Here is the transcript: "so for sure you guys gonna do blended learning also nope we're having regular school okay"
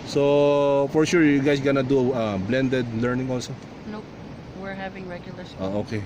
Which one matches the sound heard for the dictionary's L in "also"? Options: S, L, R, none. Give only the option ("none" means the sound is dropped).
L